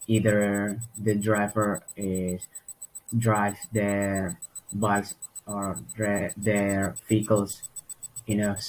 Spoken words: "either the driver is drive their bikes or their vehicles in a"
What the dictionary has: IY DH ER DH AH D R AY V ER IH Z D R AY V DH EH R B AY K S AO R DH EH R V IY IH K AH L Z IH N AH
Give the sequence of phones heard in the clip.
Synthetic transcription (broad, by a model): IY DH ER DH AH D R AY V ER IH S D R AY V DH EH R B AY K S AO R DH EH R F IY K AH L S IH N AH